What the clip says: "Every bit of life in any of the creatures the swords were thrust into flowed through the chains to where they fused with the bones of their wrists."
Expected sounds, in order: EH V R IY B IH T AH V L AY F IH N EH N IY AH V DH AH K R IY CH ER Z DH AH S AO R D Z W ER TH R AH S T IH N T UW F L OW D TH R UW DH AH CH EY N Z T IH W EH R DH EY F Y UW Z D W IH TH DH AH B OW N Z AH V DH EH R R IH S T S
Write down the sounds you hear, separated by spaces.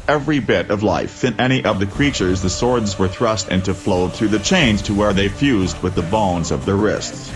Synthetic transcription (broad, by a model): EH V R IY B IH T AH V L AY F IH N EH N IY AH V DH AH K R IY CH ER Z DH AH S AO R D Z W ER TH R AH S T IH N T UW F L OW D TH R UW DH AH CH EY N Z T IH W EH R DH EY F Y UW Z D W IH DH AH B OW N Z AH V DH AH R R IH S T S